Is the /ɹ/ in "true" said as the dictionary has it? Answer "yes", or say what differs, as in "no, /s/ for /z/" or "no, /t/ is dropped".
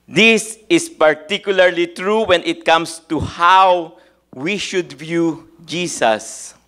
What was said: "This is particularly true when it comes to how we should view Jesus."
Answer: yes